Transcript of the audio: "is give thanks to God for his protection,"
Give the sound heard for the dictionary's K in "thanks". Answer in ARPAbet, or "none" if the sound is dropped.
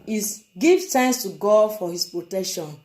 none